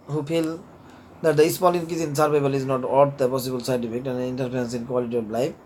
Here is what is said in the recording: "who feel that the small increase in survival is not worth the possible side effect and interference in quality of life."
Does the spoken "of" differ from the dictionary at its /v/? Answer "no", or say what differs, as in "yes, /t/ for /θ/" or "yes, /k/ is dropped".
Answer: yes, /b/ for /v/